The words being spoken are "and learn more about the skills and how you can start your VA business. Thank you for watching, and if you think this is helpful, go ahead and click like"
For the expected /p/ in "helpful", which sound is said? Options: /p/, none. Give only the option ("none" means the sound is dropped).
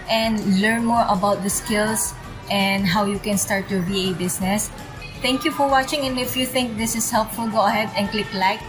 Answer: /p/